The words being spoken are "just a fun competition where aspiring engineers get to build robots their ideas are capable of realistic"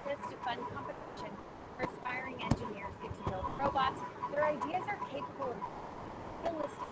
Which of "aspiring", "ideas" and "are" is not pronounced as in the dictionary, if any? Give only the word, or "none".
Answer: none